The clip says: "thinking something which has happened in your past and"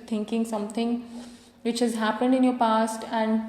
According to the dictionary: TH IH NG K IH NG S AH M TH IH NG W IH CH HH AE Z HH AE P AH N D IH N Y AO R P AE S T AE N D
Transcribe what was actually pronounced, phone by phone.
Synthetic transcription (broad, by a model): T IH NG K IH NG S AH M T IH NG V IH CH HH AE Z HH AE P AH N D IH N Y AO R P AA S T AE N D